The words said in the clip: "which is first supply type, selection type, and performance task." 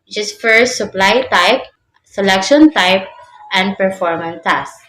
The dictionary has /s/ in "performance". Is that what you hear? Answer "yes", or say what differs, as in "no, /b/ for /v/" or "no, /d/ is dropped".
no, /s/ is dropped